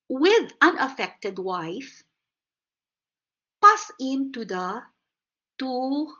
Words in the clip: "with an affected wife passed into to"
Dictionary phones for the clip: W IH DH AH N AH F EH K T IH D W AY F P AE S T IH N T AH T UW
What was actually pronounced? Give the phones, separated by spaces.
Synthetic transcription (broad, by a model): W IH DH AH N AH F EH K T IH D W AY F P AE S IH N T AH T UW